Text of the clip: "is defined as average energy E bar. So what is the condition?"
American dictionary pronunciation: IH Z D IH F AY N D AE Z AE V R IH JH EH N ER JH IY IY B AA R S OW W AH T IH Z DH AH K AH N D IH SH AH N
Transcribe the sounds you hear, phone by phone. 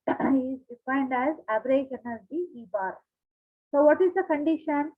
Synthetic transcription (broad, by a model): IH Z D IH F AY N D AE Z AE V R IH SH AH N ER Z IY IY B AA R S OW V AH T IH Z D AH K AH N D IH SH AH N